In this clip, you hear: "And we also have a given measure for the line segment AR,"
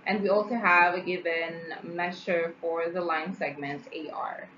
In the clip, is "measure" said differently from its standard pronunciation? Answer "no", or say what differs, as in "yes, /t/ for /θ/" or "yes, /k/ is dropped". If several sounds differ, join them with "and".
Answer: yes, /ʃ/ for /ʒ/